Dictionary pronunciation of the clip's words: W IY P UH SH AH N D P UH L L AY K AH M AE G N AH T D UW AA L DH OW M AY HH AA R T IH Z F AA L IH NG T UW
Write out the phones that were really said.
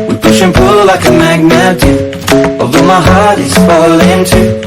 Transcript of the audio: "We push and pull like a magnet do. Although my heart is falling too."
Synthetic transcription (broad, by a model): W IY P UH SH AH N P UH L L AY K AH M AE G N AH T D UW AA DH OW M AY HH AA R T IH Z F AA L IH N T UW